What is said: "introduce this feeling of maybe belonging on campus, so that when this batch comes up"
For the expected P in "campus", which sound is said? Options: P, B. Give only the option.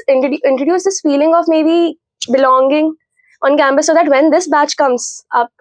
B